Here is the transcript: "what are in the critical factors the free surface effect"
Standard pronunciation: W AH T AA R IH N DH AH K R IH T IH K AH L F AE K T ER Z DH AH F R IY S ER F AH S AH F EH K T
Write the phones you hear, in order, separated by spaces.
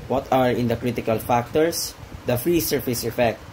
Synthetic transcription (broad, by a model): W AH T AA R IH N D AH K R IH T IH K AH L F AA K T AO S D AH F R IY S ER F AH S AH F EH K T